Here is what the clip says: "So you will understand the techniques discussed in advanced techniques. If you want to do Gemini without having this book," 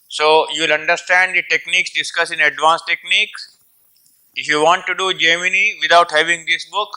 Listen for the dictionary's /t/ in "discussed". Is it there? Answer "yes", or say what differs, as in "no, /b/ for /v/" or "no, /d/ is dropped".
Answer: no, /t/ is dropped